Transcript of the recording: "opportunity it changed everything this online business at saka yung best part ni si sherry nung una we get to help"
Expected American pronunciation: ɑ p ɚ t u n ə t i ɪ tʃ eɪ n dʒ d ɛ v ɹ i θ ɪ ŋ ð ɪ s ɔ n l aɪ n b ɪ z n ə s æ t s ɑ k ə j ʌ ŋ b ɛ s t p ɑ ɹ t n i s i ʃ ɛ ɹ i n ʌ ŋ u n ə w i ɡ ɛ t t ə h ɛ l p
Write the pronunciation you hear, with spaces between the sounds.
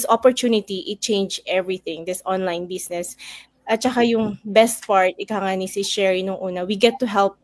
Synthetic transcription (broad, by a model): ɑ p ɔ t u n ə t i ɪ tʃ eɪ n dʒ ɛ v ɹ i θ ɪ ŋ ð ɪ s ɔ n l aɪ n b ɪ s n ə s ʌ t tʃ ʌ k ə j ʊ ŋ b ɛ s t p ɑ ɹ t n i s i ʃ ɛ ɹ i n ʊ ŋ u n ə w i ɡ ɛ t t ə h ɛ l p